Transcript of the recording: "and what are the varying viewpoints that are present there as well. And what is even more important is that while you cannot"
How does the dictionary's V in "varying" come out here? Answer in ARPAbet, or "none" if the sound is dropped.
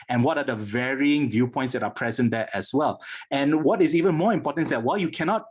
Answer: V